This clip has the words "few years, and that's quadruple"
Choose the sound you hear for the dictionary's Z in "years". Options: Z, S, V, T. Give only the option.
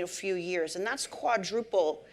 Z